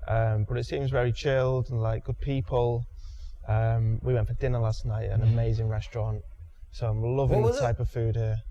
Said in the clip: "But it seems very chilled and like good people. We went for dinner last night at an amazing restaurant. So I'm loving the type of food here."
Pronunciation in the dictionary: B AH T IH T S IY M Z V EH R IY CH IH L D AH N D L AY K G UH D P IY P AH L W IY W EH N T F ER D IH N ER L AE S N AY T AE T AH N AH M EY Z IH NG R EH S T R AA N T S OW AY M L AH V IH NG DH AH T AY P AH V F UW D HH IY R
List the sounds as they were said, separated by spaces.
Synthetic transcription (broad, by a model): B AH T IH T S IY M Z V EH R IY CH IH L D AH N L AY K G UH D P IY P AH L W IY W EH N F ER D IH N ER L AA S N AY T T AH N AH M EY Z IH NG R EH S T R AA N T S OW AY M L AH V IH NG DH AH T AY P AH V F UW D HH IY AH